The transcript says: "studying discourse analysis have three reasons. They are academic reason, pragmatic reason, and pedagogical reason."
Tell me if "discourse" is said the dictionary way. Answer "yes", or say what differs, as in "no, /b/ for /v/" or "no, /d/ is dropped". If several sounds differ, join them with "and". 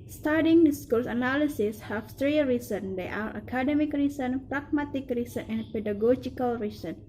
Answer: no, /l/ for /ɹ/